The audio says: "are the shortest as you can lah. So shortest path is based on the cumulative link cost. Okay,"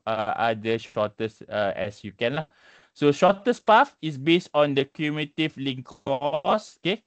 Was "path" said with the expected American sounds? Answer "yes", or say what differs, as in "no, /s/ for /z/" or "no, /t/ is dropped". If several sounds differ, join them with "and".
no, /f/ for /θ/